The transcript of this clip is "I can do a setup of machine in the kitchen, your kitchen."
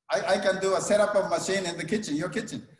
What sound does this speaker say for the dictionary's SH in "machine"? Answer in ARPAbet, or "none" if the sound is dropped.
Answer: SH